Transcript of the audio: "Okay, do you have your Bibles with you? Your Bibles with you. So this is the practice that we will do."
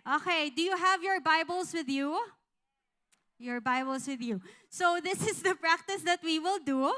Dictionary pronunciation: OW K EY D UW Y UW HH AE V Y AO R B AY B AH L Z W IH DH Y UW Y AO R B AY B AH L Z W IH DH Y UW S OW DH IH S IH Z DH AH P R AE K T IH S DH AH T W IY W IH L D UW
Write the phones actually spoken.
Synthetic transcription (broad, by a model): OW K EY D UW Y UW HH AE V Y AO R B AY B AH L S W IH DH Y UW Y AO R B AY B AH L S W IH DH Y UW S OW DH IH S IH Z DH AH P R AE K T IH S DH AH T W IY W IH L D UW